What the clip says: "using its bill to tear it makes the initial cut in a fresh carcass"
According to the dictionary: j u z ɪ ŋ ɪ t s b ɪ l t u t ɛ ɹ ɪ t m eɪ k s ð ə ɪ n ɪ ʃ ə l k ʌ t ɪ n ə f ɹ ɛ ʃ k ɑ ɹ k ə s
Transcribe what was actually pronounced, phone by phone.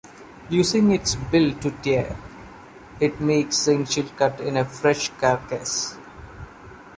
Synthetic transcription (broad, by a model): j u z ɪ ŋ ɪ t s b ɪ l t u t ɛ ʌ ɪ t m eɪ k s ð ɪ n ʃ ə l k ʌ t ɪ n ə f ɹ ɛ ʃ k ɑ ɹ k ə s